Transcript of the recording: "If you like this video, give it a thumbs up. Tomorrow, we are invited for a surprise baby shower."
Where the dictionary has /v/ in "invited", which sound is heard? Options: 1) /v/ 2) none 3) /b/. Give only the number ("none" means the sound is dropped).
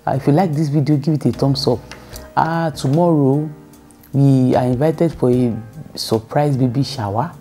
1